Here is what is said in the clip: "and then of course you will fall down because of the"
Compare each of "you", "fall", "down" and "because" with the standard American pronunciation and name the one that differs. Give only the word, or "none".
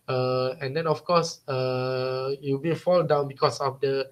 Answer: because